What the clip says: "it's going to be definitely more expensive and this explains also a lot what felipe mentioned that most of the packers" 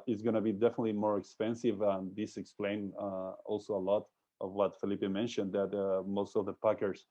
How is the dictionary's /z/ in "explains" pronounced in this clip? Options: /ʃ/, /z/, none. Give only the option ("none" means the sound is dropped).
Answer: none